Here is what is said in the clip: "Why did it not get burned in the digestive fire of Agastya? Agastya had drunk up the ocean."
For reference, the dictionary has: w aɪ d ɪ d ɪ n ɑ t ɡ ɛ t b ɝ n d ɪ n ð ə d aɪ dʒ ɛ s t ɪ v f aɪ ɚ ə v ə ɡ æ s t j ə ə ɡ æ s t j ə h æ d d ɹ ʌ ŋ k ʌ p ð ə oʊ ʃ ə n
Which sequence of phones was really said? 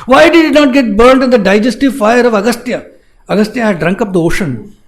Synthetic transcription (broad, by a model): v aɪ d ɪ d ɪ n ɑ t ɡ ɛ t b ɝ n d ɪ n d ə d aɪ dʒ ɛ s t ɪ v f aɪ ɚ ə v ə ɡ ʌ s t j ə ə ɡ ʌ s t j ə h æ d d ɹ ʌ ŋ k ʌ p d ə oʊ ʃ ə n